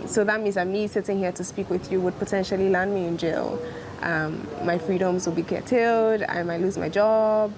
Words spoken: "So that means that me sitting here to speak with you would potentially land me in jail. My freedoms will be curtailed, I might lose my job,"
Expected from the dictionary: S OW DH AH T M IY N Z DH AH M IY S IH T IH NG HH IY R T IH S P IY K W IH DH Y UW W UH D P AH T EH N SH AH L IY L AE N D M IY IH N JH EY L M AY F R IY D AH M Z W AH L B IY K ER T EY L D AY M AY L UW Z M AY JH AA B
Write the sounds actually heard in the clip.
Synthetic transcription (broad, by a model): S OW DH AH T M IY N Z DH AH M IY S IH T IH NG HH IY R T IH S P IY K W IH DH Y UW W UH D P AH T EH N SH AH L IY L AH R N M IY IH N JH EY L M AY F R IY D AH M Z W AH L B IY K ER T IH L D AY M AY L UW Z M AY JH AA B